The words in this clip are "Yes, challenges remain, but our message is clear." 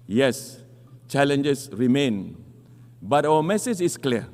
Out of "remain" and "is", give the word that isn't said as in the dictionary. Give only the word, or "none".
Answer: is